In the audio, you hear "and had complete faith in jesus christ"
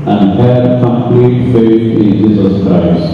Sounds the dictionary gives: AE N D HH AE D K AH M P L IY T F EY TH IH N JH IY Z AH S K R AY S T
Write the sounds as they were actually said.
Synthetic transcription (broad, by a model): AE N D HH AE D K AH M P L IY T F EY S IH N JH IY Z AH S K R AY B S